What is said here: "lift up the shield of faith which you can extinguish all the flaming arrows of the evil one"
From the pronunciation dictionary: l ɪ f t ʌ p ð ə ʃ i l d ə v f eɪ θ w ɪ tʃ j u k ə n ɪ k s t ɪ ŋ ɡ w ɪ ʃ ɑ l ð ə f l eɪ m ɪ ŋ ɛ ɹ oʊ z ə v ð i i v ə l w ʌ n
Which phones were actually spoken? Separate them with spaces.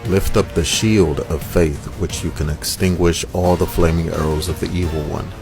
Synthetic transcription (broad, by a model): l ɪ f t ʌ p ð ə ʃ i l d ə v f eɪ θ w ɪ tʃ j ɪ k ə n ɪ k s t ɪ ŋ ɡ w ɪ ʃ ɑ l ð ə f l eɪ m ɪ ŋ ɛ ɹ oʊ z ə v ð i i v l w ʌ n